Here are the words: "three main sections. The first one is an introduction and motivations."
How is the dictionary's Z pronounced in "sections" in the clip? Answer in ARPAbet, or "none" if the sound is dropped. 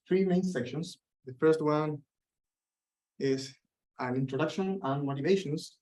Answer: S